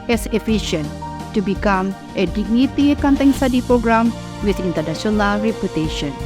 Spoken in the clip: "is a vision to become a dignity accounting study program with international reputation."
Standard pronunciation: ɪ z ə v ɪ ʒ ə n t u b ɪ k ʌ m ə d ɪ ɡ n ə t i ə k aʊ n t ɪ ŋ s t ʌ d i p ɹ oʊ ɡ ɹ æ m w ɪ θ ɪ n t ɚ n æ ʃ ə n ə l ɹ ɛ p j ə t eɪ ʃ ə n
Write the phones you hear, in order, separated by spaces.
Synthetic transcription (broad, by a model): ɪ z ə f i ʃ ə n t u b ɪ k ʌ m ə d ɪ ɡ n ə t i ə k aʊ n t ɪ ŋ s t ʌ d i p ɹ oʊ ɡ ɹ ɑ m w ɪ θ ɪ n t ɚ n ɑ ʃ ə n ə l ɹ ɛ p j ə t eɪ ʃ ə n